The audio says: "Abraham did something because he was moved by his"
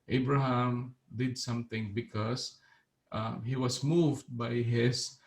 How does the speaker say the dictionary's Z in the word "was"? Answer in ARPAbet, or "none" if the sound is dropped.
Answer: S